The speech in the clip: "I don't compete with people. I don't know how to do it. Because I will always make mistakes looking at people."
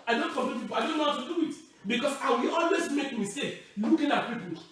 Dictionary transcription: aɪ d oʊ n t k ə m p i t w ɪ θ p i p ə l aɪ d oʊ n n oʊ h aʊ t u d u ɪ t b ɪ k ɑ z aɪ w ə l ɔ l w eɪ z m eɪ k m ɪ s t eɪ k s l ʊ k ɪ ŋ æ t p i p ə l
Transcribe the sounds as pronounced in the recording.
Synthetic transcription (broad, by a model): aɪ d oʊ n t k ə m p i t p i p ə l aɪ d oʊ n n oʊ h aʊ t u d u ɪ t b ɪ k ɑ s aɪ w ə l ɔ l w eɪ s m eɪ k m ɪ s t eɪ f l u k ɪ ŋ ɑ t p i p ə